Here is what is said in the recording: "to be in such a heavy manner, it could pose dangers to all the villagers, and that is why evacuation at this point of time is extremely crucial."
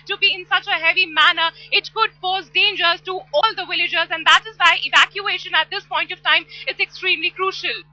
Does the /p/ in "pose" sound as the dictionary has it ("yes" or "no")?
no